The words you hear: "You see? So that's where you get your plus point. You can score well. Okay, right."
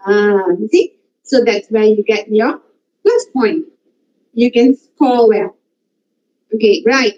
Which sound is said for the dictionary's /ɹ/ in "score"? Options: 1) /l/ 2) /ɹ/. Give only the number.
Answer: 1